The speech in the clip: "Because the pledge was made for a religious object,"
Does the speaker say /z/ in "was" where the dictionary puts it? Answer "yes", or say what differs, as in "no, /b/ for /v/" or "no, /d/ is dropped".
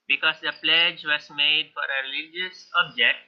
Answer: no, /s/ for /z/